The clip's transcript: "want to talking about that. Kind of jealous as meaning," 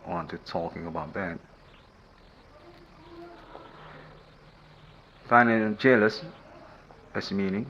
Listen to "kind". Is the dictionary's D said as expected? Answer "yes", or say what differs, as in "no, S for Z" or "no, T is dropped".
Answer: no, D is dropped